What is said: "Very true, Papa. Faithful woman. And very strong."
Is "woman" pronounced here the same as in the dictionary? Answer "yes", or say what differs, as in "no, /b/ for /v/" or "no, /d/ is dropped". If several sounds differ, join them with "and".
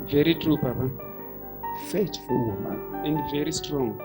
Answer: no, /n/ is dropped